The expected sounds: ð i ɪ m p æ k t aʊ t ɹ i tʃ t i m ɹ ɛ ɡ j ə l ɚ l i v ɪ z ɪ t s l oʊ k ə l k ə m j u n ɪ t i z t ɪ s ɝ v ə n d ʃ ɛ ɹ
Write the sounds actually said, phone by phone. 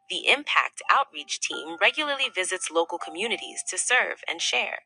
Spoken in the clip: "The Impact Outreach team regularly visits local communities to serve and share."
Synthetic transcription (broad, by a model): ð i ɪ m p æ k t aʊ t ɹ i tʃ t i m ɹ ɛ ɡ j l ɚ l i v ɪ z ɪ t s l oʊ k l k ə m j u n ɪ t i z t ɪ s ɝ v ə n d ʃ ɛ ɹ